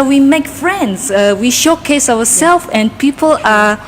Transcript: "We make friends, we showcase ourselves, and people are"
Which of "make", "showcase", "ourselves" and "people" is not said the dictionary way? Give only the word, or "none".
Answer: ourselves